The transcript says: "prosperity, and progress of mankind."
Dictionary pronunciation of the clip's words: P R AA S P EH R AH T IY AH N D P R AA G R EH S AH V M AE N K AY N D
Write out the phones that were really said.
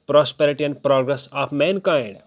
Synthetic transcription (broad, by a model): P R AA S P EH R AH T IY AH N D P R AA G R EH S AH P M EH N K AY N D